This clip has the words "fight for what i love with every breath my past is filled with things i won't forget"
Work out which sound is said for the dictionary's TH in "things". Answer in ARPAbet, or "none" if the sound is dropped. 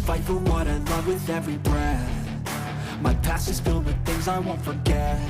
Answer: TH